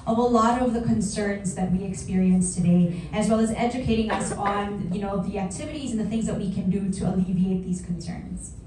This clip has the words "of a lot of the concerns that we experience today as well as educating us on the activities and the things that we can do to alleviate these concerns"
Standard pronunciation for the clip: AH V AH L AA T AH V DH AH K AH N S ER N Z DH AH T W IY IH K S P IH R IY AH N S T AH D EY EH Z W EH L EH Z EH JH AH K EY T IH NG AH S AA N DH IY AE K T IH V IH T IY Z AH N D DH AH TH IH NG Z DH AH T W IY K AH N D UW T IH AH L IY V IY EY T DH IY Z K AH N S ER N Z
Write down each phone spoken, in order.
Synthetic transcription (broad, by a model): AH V AH L AA T AH V DH AH K AH N S ER N Z DH AH T W IY IH K S P IH R IY AH N S T AH D EY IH Z W EH L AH Z EH JH AH K EY T IH NG AH S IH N DH IY AE K T IH V IH T IY Z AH N DH AH TH IH NG Z DH AH T W IY K AH N D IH T IH AH L IY V IY EY T DH IY Z K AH N S ER N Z